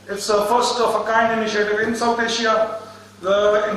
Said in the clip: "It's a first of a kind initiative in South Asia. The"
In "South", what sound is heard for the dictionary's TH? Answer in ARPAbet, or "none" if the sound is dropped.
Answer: T